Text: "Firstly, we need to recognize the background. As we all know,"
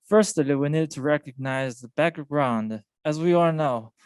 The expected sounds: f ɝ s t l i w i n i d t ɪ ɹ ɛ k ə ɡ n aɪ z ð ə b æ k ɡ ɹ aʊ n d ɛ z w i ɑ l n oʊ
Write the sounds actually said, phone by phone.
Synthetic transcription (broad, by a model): f ɝ s t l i w i n i d t ɪ ɹ ɛ k ə ɡ n aɪ z ð ə b æ k ɡ ɹ aʊ n d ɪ z w i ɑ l n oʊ